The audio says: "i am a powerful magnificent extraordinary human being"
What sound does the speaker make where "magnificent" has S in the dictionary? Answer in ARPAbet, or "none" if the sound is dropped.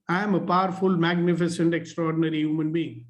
S